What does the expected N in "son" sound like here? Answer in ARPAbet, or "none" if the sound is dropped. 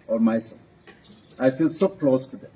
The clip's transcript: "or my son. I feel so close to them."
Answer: none